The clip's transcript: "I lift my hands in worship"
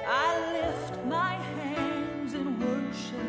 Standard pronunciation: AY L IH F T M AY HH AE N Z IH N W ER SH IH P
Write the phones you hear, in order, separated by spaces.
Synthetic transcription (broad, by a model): AY L IH F T M AY HH AE N Z IH N W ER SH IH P